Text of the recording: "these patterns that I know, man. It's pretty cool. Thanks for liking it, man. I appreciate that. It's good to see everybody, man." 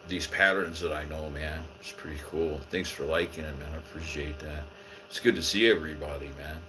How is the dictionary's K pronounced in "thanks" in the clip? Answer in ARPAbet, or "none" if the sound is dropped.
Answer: K